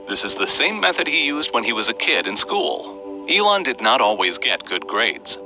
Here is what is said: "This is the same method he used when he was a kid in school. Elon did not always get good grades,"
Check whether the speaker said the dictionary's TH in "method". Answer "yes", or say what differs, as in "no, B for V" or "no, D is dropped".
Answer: yes